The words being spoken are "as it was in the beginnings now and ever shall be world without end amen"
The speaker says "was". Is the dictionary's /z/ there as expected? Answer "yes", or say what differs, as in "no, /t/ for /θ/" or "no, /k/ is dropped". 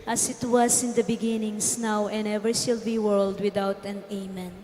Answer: no, /s/ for /z/